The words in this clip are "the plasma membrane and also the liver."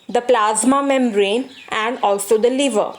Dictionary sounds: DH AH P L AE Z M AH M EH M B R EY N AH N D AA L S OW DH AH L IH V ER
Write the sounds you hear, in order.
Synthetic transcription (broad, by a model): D AH P L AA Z M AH M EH M R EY N AH N D AA L S OW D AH L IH V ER